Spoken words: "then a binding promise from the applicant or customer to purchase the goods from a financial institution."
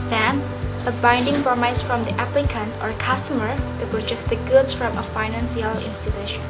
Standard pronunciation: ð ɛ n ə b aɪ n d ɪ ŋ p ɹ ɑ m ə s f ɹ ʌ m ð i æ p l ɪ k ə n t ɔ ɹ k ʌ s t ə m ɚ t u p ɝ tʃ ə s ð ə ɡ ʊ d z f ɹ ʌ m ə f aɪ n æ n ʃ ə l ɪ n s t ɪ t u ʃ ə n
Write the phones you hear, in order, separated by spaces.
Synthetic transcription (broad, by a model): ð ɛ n ə b aɪ n d ɪ ŋ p ɹ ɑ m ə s f ɹ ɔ m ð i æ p l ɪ k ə n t ɔ ɹ k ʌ s t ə m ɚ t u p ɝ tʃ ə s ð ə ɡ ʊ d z f ɹ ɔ m ə f aɪ n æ n s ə l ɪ n s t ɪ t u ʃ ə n